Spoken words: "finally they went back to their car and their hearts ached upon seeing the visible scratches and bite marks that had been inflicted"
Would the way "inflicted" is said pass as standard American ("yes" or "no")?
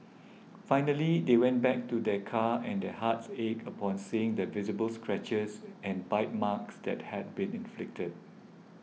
yes